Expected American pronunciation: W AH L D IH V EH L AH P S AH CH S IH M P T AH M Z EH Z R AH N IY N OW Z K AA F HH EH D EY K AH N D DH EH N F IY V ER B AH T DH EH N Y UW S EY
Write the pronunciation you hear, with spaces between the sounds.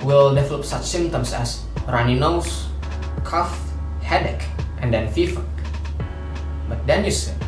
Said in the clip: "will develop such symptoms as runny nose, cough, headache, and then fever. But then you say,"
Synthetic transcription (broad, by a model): W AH L D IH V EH L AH P S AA CH S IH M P T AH M S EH S R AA N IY N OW S K AA F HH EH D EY K AH N D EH N F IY F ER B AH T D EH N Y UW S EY